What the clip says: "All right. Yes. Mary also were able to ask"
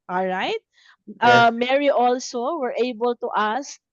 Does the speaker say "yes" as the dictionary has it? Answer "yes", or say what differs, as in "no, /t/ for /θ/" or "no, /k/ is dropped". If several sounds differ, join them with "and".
no, /s/ is dropped